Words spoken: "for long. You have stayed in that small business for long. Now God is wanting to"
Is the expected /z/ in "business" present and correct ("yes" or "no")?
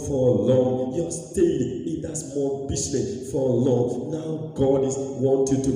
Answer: no